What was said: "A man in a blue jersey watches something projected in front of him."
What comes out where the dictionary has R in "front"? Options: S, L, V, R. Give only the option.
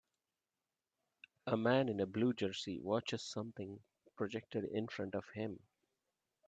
R